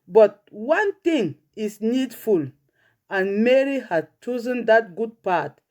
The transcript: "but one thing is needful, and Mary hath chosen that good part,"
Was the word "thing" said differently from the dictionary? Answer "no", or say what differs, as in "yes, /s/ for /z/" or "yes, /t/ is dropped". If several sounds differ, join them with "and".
yes, /t/ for /θ/